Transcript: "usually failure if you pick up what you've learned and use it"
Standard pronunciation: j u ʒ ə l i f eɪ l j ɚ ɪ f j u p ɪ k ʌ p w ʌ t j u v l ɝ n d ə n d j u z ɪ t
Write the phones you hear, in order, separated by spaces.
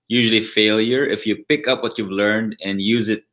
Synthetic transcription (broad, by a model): j u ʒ l i f eɪ l j ɚ ɪ f j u p ɪ k ʌ p w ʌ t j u v l ɝ n d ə n j u z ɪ t